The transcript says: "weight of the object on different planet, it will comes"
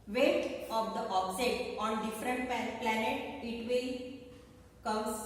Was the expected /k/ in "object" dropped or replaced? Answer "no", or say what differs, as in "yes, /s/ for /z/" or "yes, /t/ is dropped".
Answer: yes, /k/ is dropped